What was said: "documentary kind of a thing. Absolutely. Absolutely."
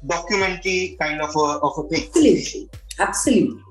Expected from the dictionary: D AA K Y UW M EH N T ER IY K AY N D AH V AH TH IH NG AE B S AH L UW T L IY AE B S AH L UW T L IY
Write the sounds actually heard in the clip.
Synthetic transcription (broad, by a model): D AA K Y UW M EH N T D IY K AY N D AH F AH F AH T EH S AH L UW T L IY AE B S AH L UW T L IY